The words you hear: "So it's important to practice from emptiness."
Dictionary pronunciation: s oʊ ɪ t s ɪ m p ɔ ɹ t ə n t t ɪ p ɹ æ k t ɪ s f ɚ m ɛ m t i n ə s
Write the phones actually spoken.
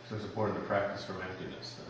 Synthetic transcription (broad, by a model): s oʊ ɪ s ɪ p ɔ ɹ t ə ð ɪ p ɹ æ k t ɪ s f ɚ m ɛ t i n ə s